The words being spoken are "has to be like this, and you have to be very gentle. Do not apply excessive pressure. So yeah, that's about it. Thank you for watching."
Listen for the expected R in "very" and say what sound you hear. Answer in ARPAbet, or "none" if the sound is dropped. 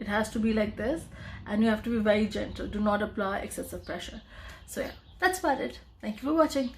R